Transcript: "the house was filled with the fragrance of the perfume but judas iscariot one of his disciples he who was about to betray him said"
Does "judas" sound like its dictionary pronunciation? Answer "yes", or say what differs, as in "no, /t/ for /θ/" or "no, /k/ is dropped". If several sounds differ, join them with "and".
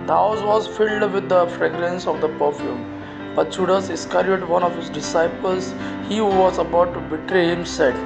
no, /tʃ/ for /dʒ/